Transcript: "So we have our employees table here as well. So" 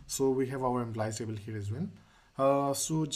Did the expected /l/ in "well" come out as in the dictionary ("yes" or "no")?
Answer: no